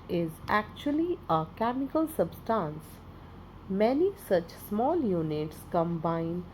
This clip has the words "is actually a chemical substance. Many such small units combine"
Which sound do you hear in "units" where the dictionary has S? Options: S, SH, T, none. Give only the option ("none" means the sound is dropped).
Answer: S